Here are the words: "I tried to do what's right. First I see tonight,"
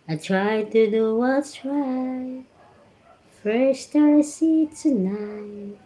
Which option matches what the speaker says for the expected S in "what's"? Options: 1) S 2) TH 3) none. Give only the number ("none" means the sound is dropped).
3